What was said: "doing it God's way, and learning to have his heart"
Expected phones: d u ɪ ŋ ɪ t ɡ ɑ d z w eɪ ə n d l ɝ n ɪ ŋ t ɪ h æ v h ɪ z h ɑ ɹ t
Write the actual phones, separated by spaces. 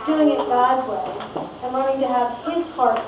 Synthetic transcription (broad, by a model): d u ɪ ŋ ɪ t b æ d w eɪ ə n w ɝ ɪ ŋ t ɪ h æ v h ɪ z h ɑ ɹ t